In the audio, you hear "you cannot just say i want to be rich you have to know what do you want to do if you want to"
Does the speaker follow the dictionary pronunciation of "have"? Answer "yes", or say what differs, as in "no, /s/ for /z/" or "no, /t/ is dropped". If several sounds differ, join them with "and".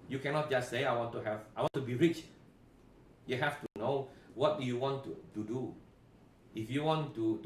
no, /f/ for /v/